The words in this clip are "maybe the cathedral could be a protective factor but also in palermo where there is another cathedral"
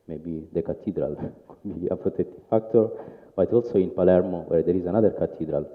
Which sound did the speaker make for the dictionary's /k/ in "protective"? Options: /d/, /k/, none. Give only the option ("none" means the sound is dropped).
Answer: none